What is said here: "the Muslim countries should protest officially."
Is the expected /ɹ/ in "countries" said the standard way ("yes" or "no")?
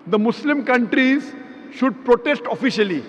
yes